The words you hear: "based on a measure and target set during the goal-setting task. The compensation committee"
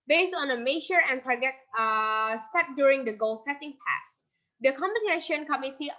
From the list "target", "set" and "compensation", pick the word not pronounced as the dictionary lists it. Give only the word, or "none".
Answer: compensation